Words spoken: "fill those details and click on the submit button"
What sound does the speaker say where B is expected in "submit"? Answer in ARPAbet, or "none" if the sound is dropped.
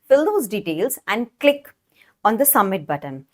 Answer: none